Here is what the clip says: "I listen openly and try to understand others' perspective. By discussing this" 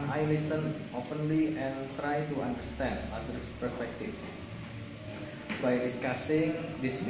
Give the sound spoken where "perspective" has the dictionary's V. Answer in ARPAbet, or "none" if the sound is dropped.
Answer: F